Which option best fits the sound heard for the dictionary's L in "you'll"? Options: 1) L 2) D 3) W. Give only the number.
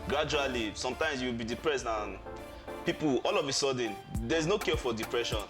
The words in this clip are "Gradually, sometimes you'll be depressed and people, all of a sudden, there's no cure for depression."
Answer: 3